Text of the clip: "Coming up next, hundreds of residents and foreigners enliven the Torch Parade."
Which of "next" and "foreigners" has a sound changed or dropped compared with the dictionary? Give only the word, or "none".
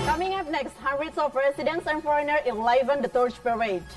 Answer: foreigners